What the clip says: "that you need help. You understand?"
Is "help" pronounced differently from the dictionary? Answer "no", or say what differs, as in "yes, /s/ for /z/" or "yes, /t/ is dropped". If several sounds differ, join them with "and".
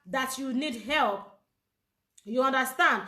no